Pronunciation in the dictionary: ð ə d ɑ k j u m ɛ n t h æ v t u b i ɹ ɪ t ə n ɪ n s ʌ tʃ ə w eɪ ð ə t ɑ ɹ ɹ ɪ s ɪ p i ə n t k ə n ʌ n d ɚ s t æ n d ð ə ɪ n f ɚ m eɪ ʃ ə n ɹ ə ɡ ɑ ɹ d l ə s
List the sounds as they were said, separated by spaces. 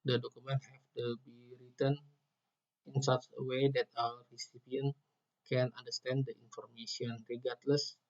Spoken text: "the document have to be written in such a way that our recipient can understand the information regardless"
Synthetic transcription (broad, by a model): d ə d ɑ k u m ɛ n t h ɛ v t u b i ɹ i t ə n ɪ n s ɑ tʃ ə w eɪ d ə t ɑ l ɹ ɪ s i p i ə n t k ə n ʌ n d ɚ s t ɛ n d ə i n f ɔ m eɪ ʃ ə n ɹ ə ɡ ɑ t l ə s